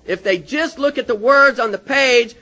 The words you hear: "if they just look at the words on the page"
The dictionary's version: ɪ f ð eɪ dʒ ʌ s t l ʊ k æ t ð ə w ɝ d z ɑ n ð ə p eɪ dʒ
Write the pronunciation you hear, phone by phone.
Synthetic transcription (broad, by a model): ɪ f ð eɪ dʒ ʌ s t l ʊ k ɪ t ð ə w ɝ d z n ð ə p eɪ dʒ